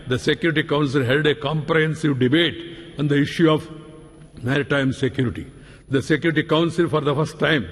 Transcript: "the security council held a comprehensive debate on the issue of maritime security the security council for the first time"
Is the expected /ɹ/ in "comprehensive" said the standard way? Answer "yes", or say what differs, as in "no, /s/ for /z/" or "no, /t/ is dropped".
yes